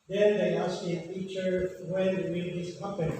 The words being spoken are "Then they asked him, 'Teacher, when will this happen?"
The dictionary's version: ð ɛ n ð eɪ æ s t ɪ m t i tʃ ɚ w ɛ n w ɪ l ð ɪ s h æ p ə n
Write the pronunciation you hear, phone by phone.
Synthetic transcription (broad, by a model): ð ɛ n ð eɪ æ s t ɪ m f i tʃ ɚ w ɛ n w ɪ n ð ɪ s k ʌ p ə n